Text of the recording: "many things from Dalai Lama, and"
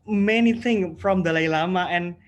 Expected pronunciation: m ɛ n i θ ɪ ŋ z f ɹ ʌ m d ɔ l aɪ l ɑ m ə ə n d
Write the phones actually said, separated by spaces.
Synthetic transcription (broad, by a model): m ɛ n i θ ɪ ŋ f ɹ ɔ m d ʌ l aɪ l ɑ m ə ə n